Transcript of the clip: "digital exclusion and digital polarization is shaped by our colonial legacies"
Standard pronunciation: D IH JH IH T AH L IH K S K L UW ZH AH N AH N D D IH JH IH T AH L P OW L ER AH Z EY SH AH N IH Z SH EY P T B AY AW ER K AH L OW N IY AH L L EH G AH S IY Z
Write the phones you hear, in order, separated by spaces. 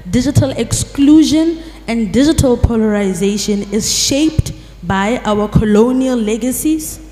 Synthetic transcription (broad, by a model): D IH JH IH T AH L IH K S K L UW ZH AH N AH N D D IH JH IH T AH L P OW L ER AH Z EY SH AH N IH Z SH EY P T B AY AW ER K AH L OW N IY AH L L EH G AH S IY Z